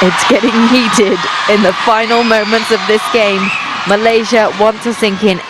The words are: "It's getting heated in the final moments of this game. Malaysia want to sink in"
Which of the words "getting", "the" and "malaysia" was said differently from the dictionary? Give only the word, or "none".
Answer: none